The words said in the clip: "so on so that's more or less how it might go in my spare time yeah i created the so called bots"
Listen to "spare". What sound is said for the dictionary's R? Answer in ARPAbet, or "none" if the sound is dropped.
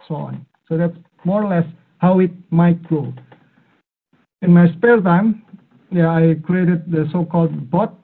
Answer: L